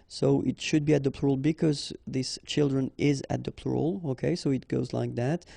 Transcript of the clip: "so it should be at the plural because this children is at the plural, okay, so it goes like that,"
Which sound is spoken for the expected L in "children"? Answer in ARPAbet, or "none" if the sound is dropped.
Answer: L